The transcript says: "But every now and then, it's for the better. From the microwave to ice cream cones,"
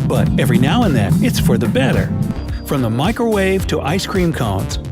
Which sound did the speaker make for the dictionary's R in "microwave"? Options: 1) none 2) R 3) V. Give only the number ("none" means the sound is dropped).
2